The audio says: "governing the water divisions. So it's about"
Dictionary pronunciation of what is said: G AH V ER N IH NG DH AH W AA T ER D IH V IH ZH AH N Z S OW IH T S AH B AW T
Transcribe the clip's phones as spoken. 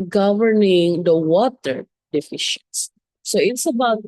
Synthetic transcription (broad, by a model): G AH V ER N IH NG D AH W AA T ER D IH F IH SH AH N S S OW IH T S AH B AW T